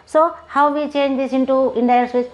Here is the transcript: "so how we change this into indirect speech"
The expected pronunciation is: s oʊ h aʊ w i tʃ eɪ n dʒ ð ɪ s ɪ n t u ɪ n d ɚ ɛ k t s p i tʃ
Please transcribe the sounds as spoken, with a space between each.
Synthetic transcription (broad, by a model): s oʊ h aʊ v i tʃ eɪ n dʒ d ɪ s ɪ n t u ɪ n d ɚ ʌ t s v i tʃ